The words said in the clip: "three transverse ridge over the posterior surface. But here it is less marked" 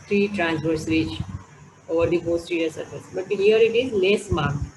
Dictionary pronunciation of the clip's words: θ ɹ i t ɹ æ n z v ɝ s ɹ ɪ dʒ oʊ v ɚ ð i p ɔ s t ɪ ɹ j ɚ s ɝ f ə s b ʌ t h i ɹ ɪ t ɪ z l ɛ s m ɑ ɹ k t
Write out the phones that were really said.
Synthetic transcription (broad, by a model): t ɹ i t ɹ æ n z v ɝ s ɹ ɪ tʃ oʊ v ɚ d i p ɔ s t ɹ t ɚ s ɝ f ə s b ʌ t h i ɹ ɪ t ɪ z l ɛ s m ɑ ɹ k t